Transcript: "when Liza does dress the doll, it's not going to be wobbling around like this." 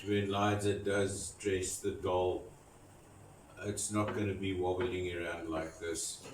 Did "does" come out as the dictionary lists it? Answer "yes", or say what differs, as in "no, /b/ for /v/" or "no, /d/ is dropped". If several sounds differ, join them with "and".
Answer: yes